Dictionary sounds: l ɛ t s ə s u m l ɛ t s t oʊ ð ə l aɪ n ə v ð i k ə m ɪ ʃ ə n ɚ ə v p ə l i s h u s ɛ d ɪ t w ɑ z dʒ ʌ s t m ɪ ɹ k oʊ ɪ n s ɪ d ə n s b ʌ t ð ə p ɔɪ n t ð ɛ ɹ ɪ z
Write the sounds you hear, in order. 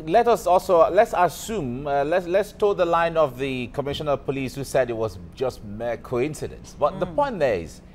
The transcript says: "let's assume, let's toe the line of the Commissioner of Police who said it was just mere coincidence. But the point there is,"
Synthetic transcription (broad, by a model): l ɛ t s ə s u m l ɛ t s t oʊ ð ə l aɪ n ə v ð i k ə m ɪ ʃ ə n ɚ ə p ə l i s h u s ɛ d ɪ t w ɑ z dʒ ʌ s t m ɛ k oʊ ɪ n s ɪ d ə n s b ʌ t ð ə p ɔɪ n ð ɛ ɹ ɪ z